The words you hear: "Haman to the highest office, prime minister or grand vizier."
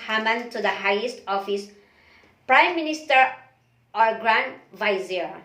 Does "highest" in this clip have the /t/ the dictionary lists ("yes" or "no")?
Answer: yes